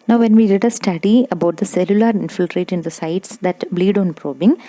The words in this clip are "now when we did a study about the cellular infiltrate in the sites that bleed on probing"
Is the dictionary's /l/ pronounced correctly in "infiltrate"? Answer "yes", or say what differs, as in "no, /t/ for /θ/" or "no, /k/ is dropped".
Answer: yes